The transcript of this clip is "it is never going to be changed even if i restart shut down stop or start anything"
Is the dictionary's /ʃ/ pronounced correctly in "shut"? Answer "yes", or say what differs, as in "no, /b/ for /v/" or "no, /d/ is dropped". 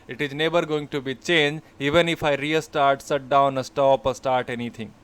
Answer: no, /s/ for /ʃ/